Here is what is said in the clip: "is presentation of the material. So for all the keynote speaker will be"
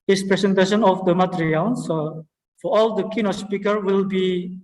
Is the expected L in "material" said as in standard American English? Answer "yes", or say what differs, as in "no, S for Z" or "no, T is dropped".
no, N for L